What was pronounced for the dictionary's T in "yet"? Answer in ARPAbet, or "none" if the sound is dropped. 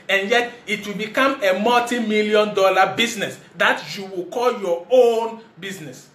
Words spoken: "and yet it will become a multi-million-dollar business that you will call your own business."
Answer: T